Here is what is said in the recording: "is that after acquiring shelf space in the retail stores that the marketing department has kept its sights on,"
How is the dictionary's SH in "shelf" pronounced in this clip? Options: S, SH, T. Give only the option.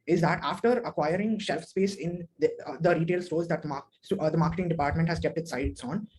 SH